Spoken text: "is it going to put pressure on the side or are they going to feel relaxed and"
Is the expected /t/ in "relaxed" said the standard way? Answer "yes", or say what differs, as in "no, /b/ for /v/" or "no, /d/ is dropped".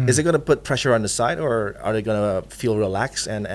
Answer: no, /t/ is dropped